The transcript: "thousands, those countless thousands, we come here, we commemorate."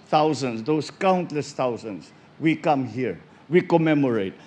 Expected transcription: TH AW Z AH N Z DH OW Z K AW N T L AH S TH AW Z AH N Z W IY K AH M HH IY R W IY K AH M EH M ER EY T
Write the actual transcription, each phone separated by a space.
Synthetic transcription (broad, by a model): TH AW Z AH N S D OW S K AW N T L AH S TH AW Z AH N S W IY K AH M HH IY R W IY K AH M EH M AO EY T